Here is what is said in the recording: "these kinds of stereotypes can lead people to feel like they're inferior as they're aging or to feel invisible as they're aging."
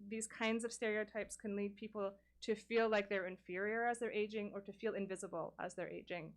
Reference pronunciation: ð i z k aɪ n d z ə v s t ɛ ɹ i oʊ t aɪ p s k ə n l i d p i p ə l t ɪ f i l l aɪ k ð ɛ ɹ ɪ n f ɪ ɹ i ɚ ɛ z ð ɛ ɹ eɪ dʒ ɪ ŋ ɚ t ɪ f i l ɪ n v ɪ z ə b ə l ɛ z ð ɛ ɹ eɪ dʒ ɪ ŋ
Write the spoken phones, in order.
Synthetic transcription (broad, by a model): ð i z k aɪ n d z ə v s t ɛ ɹ i oʊ t aɪ p s k ə n l i d p i p l t ɪ f i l l aɪ k ð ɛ ɹ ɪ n f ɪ ɹ i ɚ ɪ z ð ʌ ɹ eɪ dʒ ɪ ŋ ɚ t ɪ f i l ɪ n v ɪ z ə b l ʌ z ð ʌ ɹ eɪ dʒ ɪ ŋ